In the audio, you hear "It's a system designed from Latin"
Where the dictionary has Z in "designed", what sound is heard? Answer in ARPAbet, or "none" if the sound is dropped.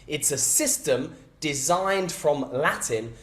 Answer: Z